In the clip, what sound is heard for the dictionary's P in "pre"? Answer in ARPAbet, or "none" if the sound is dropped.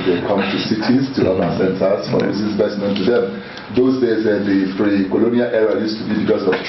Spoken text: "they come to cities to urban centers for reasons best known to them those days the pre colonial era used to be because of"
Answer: F